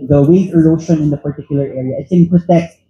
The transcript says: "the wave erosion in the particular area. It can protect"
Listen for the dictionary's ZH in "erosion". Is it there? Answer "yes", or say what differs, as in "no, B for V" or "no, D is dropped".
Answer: no, SH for ZH